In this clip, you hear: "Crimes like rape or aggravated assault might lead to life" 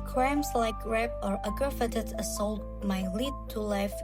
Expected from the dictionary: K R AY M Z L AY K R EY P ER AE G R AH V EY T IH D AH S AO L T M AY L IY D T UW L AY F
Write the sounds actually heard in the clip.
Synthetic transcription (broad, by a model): K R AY M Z L AY K R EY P ER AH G AH F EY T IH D AH S AO L T M AY L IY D T UW L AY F